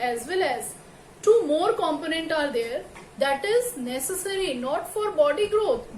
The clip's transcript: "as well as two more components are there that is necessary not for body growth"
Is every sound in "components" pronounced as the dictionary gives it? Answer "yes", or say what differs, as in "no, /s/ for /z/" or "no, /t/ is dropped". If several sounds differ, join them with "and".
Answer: no, /s/ is dropped